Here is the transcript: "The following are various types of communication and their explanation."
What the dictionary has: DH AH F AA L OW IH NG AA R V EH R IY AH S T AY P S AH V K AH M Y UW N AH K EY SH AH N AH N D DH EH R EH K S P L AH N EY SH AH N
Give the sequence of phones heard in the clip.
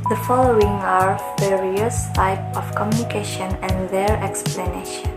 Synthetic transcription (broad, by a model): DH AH F AA L OW IH NG AA R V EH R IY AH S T AY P AH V K AH M Y UW N AH K EY SH AH N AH N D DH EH R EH K S P L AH N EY SH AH N